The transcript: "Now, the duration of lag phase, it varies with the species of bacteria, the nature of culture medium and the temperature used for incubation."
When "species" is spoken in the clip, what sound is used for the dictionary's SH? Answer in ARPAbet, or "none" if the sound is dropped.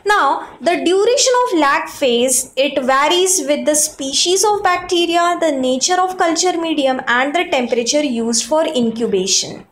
SH